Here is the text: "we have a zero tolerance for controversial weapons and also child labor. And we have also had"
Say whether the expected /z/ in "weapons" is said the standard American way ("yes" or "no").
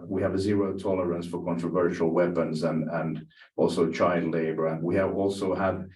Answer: yes